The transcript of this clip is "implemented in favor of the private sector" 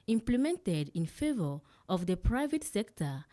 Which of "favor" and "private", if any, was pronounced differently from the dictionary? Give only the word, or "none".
none